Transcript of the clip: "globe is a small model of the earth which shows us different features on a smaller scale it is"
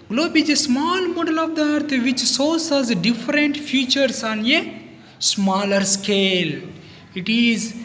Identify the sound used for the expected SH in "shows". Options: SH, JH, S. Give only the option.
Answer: S